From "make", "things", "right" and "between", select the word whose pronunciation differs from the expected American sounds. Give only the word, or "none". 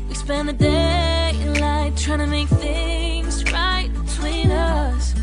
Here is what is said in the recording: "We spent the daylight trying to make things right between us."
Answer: none